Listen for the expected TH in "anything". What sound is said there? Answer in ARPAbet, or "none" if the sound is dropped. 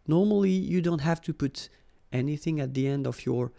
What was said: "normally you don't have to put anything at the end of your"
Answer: TH